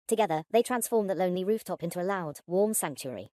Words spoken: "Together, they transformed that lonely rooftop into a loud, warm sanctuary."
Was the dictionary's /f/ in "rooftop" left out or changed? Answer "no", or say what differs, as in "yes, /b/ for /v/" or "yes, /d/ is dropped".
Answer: no